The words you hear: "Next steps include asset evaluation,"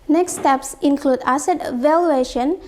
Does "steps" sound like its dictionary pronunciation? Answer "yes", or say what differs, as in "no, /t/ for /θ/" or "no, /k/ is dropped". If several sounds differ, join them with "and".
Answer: yes